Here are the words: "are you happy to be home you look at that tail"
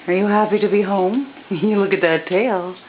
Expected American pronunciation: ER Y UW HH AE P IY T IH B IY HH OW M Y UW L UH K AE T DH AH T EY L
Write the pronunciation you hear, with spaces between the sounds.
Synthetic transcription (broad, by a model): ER Y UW HH AE P IY T IH B IY HH OW M Y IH L UH K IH T DH AH T EY L